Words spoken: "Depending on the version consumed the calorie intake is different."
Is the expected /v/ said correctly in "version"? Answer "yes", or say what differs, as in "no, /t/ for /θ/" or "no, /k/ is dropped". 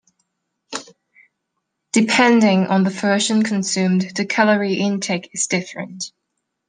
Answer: no, /f/ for /v/